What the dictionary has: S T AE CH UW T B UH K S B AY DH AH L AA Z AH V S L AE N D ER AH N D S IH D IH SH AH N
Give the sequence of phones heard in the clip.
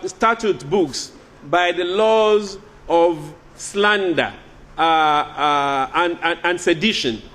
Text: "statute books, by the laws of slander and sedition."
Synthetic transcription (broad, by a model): S T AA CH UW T B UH K S B AY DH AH L AA Z AH V S L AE N D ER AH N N S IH D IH SH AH N